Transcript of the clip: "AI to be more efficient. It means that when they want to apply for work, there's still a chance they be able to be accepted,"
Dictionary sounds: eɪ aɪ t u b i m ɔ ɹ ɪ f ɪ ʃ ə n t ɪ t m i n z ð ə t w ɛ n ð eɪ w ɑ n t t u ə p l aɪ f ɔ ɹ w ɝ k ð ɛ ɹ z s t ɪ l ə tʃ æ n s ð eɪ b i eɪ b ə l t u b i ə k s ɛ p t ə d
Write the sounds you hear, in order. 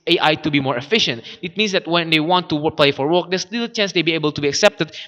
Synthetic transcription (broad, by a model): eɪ aɪ t u b i m ɔ ɹ ɪ f ɪ ʃ ə n t ɪ t m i n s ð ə t w ɛ n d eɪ w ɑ n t t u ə p l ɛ f ɔ ɹ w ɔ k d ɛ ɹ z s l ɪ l tʃ æ n s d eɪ b i eɪ b ə l t u b i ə k s ɛ p t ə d